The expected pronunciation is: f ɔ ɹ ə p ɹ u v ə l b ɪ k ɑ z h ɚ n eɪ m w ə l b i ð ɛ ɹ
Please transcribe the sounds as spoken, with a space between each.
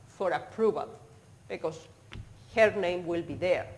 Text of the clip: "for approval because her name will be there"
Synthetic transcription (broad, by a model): f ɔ ɹ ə p ɹ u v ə l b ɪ k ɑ s h ɚ n eɪ m w ə l b i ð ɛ ɹ